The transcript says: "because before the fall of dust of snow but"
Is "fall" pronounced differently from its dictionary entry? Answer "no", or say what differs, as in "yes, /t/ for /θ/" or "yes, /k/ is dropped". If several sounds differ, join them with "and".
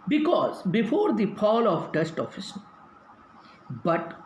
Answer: yes, /p/ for /f/